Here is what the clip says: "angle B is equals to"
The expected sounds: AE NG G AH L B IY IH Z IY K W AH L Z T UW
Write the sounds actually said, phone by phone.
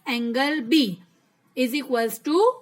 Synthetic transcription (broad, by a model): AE NG G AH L B IY IH Z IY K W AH Z T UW